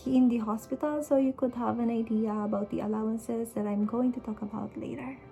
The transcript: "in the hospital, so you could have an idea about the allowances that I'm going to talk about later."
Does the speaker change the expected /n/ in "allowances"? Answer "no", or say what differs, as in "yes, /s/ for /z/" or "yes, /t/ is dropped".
no